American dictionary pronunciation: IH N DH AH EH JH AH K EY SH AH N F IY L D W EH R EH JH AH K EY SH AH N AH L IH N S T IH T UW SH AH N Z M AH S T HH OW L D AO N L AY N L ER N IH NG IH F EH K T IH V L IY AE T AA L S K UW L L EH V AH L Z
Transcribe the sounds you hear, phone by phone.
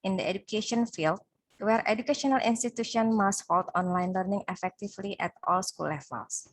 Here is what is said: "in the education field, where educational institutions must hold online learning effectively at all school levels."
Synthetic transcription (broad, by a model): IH N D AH EH JH AH K EY SH AH N F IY L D W EH R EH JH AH K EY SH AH N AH L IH N S T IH T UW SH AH N M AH S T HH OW L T AO N L AY N L ER N IH NG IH F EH K T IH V L IY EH T AA L S K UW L L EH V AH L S